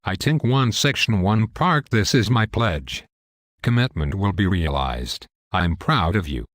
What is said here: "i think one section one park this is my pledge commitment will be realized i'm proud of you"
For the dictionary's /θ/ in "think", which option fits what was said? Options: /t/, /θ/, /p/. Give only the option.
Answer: /t/